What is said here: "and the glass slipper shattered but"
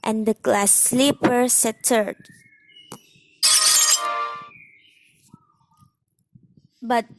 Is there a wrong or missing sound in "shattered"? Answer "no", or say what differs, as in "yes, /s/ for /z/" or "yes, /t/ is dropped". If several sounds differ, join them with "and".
yes, /s/ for /ʃ/